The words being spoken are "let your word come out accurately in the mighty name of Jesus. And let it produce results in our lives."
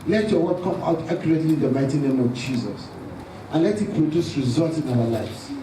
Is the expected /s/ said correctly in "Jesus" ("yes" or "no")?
yes